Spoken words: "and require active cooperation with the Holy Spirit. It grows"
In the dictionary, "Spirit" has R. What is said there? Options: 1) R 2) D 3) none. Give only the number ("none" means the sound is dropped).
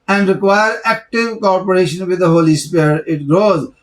3